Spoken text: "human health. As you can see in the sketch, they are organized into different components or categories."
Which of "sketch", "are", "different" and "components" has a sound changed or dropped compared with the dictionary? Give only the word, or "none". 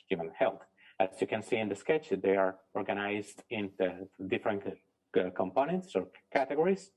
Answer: none